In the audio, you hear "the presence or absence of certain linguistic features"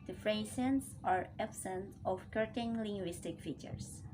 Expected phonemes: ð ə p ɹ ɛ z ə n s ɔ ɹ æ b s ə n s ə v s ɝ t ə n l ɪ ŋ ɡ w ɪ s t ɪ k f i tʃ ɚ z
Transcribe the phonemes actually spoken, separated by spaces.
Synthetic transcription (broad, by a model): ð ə f ɹ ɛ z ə n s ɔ ɹ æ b s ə n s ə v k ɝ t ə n l ɪ ŋ ɡ w ɪ s t ɪ k f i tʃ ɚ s